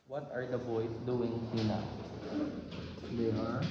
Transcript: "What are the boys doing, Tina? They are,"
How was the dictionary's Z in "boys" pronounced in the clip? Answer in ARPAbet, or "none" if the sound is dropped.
S